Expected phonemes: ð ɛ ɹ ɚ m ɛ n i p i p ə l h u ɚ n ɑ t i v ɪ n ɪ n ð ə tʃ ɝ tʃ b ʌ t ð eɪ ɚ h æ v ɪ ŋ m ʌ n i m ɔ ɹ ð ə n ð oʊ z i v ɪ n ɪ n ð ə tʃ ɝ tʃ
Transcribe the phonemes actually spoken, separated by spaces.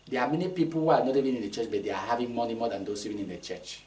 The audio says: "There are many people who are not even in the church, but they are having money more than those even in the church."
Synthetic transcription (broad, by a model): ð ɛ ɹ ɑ m ɛ n i p i p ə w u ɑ n ɑ t i v ɪ n ɪ n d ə tʃ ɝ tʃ b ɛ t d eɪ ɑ h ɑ v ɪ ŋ m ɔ n i m ɔ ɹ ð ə n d oʊ s i v ɪ n ɪ n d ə tʃ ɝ tʃ